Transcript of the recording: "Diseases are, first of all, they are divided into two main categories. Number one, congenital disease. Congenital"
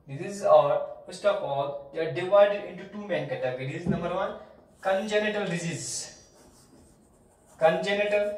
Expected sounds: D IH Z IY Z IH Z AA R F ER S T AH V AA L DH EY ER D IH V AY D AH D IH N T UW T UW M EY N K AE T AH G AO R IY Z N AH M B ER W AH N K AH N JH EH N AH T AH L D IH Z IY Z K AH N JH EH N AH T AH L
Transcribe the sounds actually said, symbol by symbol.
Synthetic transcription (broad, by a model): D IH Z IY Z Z AA R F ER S T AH P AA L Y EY D IH V AY D AH D IH N T UW T UW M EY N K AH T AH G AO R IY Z N AH M B ER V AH N K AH N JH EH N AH T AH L D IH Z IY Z K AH N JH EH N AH T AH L